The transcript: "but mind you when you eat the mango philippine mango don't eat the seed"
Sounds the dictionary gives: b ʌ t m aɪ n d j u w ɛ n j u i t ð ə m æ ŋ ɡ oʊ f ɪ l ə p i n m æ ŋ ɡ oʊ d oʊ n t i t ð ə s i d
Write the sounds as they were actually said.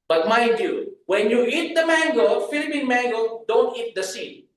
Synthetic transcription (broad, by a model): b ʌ t m aɪ d j u w ɛ n j u i t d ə m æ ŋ ɡ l f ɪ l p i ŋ m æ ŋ ɡ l d oʊ n t i t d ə s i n